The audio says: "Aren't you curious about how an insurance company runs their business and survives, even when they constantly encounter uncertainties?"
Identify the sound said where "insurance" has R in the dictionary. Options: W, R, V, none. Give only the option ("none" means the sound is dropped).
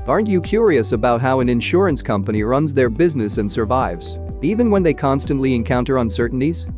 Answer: R